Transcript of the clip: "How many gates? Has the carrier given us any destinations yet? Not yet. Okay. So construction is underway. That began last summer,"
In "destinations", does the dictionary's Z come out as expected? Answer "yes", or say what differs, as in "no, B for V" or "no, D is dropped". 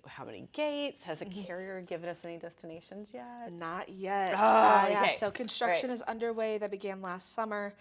yes